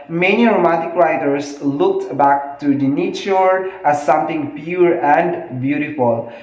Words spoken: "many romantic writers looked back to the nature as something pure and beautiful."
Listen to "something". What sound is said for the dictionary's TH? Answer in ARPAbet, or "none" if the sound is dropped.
T